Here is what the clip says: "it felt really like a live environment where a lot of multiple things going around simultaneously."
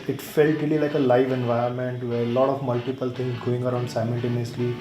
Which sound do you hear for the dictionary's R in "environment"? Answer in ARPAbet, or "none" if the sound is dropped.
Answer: none